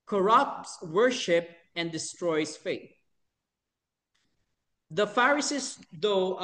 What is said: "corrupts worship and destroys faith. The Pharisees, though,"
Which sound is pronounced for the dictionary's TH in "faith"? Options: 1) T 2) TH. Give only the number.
1